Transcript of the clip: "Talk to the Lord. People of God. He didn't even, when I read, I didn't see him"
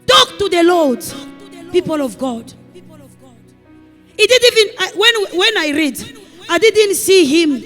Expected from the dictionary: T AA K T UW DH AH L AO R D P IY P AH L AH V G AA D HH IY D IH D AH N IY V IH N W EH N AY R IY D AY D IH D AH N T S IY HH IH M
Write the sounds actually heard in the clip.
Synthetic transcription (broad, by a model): T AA K T UW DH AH L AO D P IY P AH L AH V G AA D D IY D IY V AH N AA W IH N W EH N AY R IY D AY D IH D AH N T S IY HH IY M